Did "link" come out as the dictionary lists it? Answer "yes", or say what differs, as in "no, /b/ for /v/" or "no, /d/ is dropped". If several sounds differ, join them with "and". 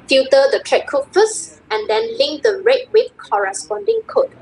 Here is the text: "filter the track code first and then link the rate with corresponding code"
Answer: yes